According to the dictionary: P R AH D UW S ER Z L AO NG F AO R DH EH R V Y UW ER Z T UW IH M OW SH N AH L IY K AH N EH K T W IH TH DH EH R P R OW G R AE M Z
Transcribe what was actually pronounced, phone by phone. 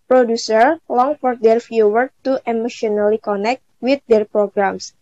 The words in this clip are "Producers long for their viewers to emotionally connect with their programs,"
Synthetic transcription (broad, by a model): P R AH D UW S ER L AO NG F AO R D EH R F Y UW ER T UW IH M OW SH N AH L IY K AH N EH K T W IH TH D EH R P R OW G R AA M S